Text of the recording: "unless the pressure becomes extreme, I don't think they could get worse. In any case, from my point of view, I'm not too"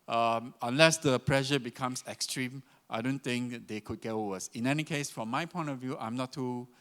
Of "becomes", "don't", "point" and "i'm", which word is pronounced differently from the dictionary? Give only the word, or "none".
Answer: becomes